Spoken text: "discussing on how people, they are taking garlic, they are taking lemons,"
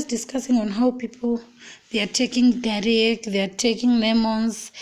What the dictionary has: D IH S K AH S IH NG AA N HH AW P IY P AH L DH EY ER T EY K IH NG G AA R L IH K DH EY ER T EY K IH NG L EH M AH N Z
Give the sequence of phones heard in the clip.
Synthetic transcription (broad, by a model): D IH S K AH S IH NG AA N HH AW P IY P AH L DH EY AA T EY K IH NG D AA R IH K DH EY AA T EY K IH NG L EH M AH N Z